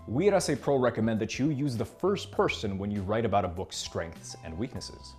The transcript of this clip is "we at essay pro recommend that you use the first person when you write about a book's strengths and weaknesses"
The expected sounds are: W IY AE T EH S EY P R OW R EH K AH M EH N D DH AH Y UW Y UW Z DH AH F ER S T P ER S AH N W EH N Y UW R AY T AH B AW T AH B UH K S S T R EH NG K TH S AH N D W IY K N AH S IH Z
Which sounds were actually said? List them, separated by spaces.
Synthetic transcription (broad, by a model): W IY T EH S EY P R OW R EH K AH M EH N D DH AH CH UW Y UW Z DH AH F ER S T P ER S AH N W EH N Y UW R AY T AH B AW T AH B UH K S S T R EH NG K TH S AH N D W IY K N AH S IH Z